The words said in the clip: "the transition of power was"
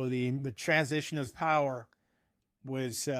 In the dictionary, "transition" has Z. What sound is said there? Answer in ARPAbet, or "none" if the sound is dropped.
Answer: Z